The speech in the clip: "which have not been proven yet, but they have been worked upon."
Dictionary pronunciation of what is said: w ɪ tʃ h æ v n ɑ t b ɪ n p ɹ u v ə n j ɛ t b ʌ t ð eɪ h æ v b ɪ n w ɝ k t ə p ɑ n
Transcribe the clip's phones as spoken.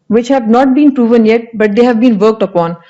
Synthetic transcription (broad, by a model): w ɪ tʃ h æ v n ɑ t b ɪ n p ɹ u v ə n j ɛ t b ʌ t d eɪ h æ v b ɪ n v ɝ k t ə p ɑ n